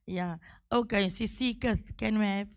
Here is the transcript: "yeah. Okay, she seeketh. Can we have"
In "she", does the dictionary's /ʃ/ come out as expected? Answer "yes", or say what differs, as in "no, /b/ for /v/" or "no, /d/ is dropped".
no, /s/ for /ʃ/